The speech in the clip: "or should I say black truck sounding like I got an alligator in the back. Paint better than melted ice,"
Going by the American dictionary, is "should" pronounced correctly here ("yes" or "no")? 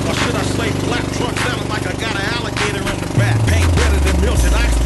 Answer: no